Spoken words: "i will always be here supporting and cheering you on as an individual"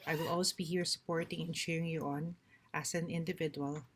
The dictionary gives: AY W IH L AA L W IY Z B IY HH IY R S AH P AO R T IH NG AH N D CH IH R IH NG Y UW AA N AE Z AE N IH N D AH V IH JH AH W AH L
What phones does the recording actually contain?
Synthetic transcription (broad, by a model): AY W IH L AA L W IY B IY HH IY R S AH P AO R T IH NG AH N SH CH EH R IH NG Y UW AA N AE S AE N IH N D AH V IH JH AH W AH L